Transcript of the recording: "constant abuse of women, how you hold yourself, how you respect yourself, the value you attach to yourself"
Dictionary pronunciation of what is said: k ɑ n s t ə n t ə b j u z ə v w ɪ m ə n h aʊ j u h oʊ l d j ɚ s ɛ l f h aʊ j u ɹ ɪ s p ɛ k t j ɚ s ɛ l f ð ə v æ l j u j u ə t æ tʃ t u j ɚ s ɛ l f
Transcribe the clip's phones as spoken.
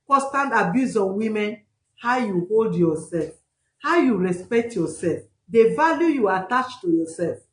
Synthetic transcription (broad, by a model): k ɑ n s t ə n t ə b j u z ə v w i m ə n h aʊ j u h oʊ l d j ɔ s ɛ l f h aʊ j u ɹ ɪ s p ɛ k t j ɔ s ɛ l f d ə v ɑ l j u j u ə t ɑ tʃ t u j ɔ s ɛ l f